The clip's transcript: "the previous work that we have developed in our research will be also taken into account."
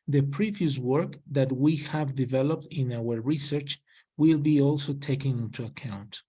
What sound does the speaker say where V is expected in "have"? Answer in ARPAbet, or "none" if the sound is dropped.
V